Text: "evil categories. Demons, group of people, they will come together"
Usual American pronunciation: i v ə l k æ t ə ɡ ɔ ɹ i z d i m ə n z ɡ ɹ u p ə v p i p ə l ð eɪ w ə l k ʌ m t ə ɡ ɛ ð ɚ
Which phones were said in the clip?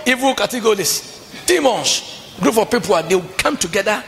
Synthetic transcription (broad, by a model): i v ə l k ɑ t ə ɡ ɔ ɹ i s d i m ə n s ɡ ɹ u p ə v p i p ə l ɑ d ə w k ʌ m t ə ɡ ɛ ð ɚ